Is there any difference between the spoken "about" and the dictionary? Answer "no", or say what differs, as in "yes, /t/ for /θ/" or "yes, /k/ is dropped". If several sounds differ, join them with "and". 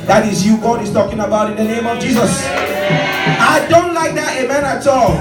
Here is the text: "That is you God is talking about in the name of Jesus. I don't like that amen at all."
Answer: no